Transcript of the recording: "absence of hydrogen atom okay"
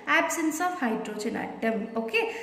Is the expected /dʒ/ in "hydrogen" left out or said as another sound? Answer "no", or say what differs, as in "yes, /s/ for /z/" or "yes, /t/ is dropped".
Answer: yes, /tʃ/ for /dʒ/